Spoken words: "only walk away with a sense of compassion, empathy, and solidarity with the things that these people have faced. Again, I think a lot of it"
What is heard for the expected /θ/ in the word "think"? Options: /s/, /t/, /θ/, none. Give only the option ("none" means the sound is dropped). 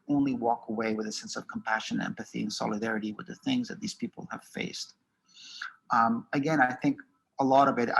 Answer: /θ/